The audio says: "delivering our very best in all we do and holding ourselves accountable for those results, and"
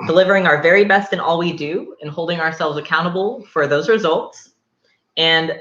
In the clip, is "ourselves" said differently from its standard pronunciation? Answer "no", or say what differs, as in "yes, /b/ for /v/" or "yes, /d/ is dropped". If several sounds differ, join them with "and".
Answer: no